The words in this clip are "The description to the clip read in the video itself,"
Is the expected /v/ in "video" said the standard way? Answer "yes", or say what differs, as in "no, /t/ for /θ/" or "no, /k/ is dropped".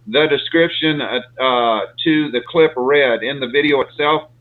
yes